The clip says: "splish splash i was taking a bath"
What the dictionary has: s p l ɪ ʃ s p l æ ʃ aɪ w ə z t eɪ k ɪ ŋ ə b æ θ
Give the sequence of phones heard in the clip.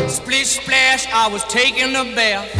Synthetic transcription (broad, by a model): s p l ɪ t s p l æ ʃ aɪ w ə z t eɪ k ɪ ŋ ə b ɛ